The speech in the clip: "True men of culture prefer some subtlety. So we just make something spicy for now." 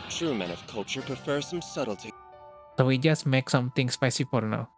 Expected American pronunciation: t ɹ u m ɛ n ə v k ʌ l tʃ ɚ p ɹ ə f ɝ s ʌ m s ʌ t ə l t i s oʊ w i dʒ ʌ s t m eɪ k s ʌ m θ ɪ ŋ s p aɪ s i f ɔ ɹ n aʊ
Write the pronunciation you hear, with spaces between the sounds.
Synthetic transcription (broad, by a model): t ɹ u m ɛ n ə v k ʌ l tʃ ɚ p ɹ ə f ɝ s ʌ m s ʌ t l t i s oʊ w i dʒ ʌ s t m eɪ k s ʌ m t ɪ ŋ s p aɪ s i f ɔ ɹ n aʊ